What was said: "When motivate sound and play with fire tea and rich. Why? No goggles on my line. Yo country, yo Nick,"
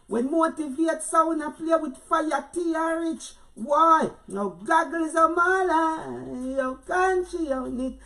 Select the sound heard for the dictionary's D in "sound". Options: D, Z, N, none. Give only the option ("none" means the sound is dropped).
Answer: none